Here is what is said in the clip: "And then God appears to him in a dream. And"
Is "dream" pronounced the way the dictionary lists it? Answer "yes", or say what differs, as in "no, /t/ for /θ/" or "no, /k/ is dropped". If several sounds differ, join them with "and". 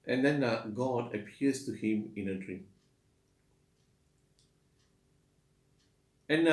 no, /m/ is dropped